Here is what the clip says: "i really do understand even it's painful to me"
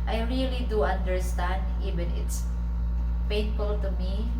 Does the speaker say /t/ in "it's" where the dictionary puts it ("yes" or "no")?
yes